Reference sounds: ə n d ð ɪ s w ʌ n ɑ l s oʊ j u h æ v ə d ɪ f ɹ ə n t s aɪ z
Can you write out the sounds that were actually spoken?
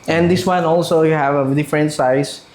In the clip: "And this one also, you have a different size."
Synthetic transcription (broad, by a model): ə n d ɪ s w ʌ n ɑ l s oʊ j h æ v ə d ɪ f ɹ ə n t s aɪ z